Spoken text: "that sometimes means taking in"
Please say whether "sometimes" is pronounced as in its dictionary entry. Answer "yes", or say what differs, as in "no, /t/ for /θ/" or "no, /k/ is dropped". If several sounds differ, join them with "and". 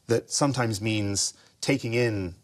yes